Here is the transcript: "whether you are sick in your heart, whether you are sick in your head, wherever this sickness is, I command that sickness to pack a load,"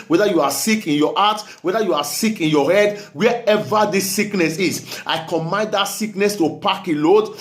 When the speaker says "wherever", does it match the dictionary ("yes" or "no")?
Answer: no